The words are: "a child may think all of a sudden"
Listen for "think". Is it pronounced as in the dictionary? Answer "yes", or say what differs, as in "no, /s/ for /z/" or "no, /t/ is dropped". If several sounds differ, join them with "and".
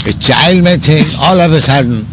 no, /t/ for /θ/